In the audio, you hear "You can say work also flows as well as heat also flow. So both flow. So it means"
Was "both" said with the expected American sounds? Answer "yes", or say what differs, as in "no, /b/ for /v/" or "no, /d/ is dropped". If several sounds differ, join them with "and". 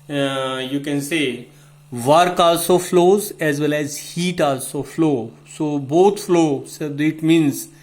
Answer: no, /t/ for /θ/